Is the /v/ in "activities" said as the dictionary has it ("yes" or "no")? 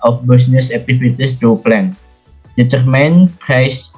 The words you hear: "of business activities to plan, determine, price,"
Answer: no